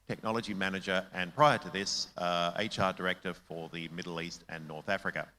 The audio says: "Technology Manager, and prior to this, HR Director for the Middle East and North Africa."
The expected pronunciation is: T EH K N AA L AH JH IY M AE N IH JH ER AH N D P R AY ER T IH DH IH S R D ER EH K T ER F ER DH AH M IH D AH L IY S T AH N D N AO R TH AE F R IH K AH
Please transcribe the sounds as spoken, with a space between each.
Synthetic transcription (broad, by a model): T EH K N AA L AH JH IY M AE N IH JH ER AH N P R AY ER T IH DH IH S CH D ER EH K T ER F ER DH AH M IH D L IY S T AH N N AO R TH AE F R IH K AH